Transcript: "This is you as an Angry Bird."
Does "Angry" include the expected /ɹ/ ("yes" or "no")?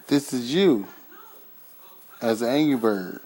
no